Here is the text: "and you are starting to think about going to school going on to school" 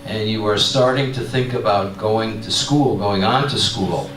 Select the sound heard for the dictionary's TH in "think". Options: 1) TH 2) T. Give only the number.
1